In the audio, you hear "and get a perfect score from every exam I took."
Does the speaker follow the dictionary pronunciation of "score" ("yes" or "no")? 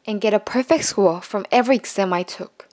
no